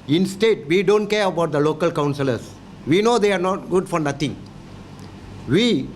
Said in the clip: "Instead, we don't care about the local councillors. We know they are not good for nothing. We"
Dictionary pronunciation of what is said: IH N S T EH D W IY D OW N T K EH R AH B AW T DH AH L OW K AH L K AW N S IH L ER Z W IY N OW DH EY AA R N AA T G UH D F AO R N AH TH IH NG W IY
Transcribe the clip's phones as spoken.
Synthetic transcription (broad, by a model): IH N S T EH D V IY D OW N T K EH R AH B AW T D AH L OW K AH L K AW N S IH L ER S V IY N OW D EY AA R N AA T G UH D F AO R N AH T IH NG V IY